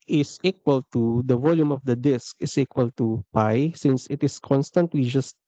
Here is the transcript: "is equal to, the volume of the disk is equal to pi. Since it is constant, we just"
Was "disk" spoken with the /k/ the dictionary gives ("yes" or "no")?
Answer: yes